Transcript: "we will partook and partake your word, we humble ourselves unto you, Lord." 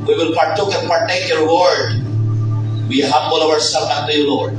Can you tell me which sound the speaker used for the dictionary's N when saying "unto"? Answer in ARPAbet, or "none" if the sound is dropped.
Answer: none